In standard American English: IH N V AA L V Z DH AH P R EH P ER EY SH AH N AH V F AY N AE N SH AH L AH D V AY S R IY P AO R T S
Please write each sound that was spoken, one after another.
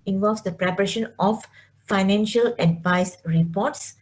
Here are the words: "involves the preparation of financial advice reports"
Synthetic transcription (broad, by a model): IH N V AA L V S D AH P R EH P ER EY SH AH N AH F F AY N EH N SH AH L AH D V AY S R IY P AO T S